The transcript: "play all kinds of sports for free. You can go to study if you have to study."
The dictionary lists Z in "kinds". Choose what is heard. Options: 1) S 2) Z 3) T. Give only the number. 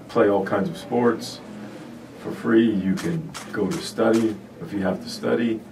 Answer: 2